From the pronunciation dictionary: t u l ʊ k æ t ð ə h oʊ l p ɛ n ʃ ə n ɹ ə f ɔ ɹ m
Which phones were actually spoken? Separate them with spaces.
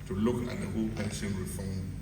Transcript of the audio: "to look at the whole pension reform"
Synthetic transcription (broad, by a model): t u l ʊ k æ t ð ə h oʊ l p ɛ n s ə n ɹ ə f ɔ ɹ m